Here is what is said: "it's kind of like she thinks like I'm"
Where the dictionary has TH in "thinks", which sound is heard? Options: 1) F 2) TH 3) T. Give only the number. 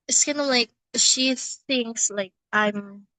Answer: 2